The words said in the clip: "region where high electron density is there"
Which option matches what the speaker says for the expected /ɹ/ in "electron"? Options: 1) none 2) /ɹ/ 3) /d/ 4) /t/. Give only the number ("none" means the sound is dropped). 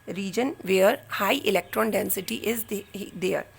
2